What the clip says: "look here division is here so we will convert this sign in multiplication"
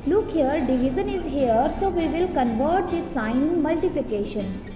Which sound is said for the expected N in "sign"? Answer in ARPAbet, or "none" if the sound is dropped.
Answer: none